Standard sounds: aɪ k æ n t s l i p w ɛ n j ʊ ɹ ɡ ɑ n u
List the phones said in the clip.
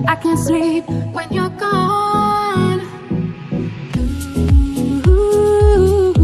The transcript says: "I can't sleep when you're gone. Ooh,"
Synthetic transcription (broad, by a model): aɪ k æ n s i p w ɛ n j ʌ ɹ ɡ ɑ n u